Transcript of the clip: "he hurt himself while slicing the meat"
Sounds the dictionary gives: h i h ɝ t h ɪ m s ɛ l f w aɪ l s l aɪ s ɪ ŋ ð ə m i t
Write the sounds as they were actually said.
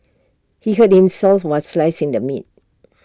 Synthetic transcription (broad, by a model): h i h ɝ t h ɪ m s ɛ l f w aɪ n s l aɪ s ɪ ŋ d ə m i t